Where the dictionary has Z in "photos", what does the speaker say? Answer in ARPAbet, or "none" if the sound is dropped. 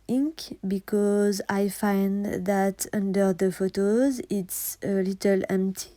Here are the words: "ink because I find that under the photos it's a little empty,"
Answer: Z